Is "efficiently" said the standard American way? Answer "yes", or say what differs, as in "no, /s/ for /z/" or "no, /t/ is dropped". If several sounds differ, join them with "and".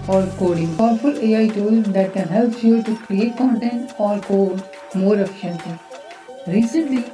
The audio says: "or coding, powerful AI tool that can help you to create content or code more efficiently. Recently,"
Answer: no, /l/ is dropped